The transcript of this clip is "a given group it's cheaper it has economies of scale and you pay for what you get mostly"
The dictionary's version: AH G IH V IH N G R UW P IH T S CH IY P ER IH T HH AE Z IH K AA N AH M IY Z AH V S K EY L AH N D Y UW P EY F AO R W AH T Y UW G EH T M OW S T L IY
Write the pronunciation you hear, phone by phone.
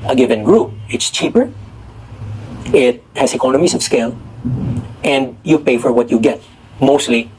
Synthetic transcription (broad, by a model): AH G IH V IH N G R UW P IH T S CH IY P ER IH T HH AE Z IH K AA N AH M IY S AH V S K EY L AH N D Y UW P EY F AO R W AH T Y UW G EH T M OW S T L IY